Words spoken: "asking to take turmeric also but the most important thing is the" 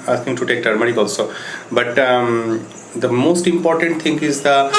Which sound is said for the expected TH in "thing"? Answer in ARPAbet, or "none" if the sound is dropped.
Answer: T